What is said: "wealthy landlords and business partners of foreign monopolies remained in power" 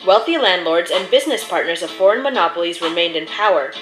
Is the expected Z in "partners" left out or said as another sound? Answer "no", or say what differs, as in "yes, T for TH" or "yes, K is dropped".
no